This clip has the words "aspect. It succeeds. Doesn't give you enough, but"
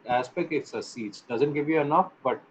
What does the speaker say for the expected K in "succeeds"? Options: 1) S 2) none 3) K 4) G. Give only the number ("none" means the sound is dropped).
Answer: 2